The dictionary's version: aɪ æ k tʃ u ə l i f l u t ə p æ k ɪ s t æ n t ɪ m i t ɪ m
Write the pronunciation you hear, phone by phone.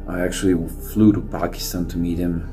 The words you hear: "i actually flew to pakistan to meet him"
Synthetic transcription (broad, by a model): aɪ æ k tʃ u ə w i f l u t ə p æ k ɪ s t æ n t ɪ m i t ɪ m